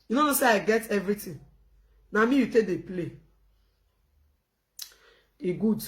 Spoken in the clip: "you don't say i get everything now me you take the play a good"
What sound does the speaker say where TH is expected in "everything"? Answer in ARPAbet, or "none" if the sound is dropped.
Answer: T